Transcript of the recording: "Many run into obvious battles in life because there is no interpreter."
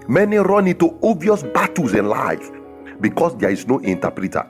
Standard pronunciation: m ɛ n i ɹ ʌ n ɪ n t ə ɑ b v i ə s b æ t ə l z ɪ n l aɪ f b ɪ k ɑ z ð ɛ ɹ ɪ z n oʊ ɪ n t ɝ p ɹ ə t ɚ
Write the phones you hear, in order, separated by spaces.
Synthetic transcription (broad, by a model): m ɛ n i ɹ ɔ n ɪ n t ə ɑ v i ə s b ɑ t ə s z ɪ n l aɪ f b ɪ k ɑ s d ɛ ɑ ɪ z n oʊ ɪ n t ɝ p ɹ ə t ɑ